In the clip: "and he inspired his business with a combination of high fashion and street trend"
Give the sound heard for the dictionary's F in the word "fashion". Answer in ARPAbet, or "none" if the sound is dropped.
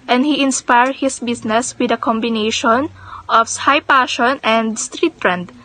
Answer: P